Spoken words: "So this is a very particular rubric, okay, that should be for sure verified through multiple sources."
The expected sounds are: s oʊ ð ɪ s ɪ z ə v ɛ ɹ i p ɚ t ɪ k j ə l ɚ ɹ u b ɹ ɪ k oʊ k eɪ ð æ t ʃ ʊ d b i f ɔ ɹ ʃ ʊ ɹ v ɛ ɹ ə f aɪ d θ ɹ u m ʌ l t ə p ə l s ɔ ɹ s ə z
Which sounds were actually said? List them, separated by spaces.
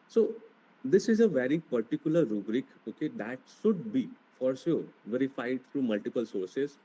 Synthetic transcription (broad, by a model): s oʊ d ɪ s ɪ z ə v ɛ ɹ i p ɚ t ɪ k j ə l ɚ ɹ u b ɹ ɪ k oʊ k eɪ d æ t ʃ ʊ d b i f ɔ ɹ s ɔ v ɛ ɹ ə f aɪ d t ɹ u m ʌ l t ə p ə l s ɔ ɹ s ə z